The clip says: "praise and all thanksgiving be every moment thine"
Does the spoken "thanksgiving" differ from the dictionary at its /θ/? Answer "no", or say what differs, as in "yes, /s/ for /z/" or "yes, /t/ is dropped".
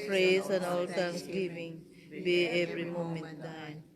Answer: yes, /t/ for /θ/